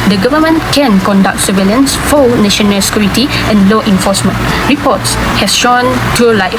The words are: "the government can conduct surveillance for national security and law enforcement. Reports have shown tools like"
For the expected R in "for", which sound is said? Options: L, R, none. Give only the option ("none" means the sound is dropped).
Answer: L